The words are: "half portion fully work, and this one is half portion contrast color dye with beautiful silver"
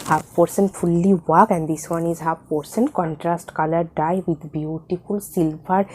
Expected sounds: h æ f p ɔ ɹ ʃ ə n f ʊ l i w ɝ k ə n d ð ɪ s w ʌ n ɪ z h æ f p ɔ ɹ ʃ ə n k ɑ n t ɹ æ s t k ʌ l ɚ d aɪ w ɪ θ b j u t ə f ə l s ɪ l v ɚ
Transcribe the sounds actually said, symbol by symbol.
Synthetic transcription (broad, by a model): h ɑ p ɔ ɹ s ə n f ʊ l i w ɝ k ə n d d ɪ s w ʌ n ɪ z h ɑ p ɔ ɹ s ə n k ɑ n t ɹ æ s t k ʌ l ɚ d aɪ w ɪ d b j u t ə f ə l s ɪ l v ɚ